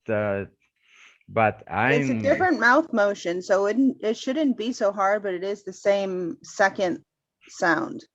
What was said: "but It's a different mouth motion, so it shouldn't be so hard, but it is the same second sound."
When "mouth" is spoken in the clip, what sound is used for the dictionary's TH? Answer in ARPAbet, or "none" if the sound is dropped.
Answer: TH